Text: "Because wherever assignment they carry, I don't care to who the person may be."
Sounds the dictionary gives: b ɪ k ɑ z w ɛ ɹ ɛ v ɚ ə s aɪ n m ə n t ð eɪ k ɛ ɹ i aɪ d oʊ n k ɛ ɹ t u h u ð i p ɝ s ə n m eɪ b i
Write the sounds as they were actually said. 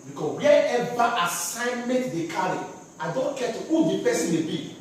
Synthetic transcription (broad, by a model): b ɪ k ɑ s w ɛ ɛ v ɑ ə s aɪ n m ə n t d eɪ k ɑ ɹ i aɪ d oʊ n k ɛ t u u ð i p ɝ s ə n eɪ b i